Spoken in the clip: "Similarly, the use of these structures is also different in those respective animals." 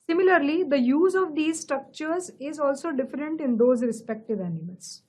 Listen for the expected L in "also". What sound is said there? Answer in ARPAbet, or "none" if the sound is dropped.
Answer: L